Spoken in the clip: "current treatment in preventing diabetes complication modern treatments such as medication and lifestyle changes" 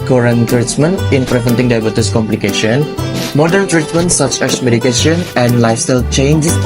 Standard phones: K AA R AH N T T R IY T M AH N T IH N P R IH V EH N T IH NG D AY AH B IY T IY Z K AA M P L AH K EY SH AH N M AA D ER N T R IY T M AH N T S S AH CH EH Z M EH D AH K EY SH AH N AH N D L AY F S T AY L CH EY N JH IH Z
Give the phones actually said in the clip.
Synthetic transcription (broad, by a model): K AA R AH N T T R IY T M AH N T IH N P R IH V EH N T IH NG D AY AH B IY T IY S K AA M P L AH K EY SH AH N M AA D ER N T R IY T M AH N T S S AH CH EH S M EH D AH K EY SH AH N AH N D L AY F S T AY L CH EY N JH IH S